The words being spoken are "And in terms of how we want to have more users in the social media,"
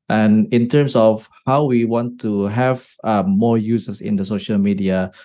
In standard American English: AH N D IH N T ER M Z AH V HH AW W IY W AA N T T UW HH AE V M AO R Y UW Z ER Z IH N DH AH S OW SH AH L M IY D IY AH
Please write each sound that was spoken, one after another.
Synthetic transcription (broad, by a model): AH N IH N T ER M S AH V HH AW W IY W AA N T T UW HH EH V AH AO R Y UW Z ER S IH N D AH S OW SH AH L M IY D IY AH